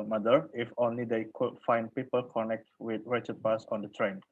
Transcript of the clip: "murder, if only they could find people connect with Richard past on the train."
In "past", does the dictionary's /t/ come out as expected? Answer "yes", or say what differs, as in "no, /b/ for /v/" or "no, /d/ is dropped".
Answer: no, /t/ is dropped